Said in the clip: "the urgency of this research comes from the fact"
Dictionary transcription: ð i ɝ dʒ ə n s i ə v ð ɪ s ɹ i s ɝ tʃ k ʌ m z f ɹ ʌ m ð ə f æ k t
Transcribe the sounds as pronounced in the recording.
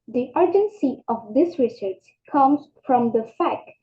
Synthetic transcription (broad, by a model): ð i ɝ dʒ ə n s i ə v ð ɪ s ɹ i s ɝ s k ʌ m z f ɹ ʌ m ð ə f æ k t